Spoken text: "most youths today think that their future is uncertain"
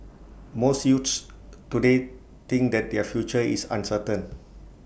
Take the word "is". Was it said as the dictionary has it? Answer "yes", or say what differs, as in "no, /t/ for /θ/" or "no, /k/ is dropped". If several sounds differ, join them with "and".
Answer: no, /s/ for /z/